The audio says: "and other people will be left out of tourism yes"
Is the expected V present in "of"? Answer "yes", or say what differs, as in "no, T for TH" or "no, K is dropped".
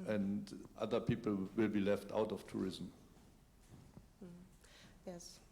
no, F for V